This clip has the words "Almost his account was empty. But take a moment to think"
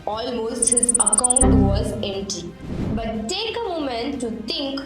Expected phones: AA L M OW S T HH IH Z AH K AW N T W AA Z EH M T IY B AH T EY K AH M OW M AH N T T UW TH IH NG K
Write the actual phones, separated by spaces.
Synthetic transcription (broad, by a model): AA L M OW S T HH IH Z AH K AW N T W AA Z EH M T IY B AH T EY K AH M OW M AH N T T UW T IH NG K